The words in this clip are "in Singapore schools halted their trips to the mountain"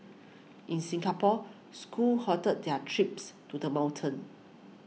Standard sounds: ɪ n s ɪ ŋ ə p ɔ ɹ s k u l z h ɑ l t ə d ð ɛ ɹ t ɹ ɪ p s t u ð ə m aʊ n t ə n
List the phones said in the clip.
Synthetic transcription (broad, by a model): ɪ n s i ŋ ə p ɔ s k u l h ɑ t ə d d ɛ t ɹ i p s t u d ə m aʊ n t ə n